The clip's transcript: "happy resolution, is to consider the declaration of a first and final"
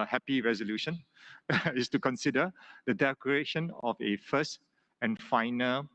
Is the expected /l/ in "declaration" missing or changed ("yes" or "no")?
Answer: yes